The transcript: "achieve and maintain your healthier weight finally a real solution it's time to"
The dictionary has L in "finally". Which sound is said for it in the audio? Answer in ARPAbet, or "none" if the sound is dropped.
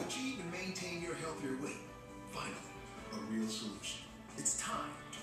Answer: none